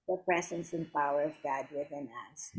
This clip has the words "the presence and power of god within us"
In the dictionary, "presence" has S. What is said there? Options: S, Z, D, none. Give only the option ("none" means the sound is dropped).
S